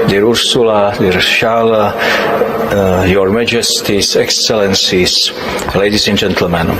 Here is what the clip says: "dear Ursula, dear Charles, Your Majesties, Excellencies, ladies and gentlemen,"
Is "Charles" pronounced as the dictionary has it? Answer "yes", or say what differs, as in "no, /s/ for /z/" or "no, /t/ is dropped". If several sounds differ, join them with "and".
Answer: no, /ʃ/ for /tʃ/